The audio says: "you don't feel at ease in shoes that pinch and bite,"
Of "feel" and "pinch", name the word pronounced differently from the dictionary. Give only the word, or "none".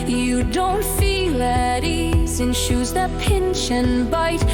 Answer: pinch